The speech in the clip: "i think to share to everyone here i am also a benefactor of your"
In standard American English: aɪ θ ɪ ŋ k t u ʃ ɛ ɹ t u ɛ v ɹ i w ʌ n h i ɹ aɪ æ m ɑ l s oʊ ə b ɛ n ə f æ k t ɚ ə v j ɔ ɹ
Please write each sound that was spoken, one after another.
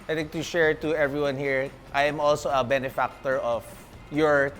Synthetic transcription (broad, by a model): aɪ t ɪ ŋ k t u ʃ ɛ ɹ t u ɛ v ɹ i w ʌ n h i ɹ aɪ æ m ɑ l s oʊ ə b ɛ n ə f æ k t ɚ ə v j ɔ ɹ